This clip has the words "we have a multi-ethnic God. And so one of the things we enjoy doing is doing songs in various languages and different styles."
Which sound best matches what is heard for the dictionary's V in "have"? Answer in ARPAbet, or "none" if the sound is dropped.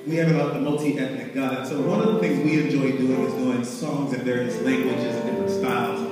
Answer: B